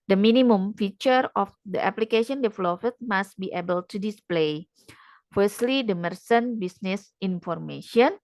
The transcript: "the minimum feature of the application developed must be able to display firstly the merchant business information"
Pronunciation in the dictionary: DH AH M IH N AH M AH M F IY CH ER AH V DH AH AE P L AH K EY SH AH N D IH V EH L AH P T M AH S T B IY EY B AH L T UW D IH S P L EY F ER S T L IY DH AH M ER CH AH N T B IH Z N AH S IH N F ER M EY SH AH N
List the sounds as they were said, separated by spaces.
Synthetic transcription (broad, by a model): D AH M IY N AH M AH M F IY CH ER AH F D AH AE P L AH K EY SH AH N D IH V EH L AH F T M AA S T B IY EY B AH L T UW D IH S P L EY F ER S T L IY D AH M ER S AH N B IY S N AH S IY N F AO M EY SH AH N